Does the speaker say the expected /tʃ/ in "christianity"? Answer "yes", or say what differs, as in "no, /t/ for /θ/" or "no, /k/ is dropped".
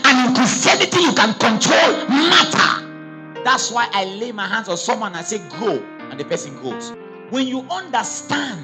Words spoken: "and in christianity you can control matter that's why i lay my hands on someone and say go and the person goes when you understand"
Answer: no, /tʃ/ is dropped